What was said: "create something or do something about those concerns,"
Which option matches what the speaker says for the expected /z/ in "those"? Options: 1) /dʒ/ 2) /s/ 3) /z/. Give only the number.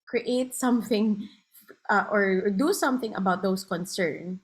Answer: 2